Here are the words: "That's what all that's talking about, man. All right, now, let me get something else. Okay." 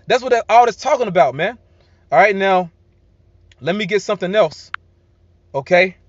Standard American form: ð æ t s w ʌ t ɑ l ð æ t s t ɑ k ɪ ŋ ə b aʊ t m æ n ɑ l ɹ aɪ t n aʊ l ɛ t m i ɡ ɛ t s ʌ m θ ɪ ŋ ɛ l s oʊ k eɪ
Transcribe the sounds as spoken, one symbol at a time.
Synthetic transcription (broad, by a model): ð æ t s w ʌ t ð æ t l t ɑ k ɪ ŋ ə b aʊ t m æ n ɑ l ɹ aɪ t n aʊ l ɛ t m i ɡ ɛ t s ʌ m θ ɪ ŋ ɛ l s oʊ k eɪ